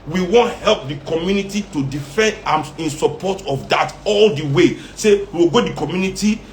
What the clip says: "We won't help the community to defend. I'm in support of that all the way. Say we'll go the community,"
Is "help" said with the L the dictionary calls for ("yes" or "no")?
yes